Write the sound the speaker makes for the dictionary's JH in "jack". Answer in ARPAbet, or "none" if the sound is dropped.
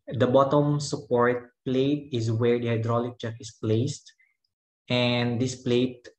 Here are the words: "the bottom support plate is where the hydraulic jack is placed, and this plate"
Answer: CH